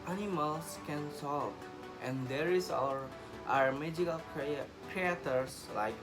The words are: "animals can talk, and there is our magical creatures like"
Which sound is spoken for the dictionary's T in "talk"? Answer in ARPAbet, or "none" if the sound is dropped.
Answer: S